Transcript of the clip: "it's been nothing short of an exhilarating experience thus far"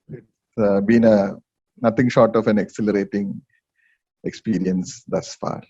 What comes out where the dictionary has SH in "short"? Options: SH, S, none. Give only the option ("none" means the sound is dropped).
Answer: SH